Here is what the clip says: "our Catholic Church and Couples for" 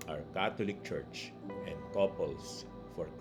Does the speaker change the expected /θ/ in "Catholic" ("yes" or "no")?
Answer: yes